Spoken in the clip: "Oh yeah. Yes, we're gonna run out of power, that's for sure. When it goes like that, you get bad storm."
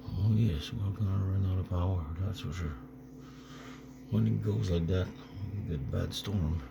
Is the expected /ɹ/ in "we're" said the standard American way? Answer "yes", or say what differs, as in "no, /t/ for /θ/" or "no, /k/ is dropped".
no, /l/ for /ɹ/